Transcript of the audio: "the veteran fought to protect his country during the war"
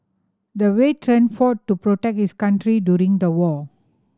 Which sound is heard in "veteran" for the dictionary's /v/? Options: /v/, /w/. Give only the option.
/w/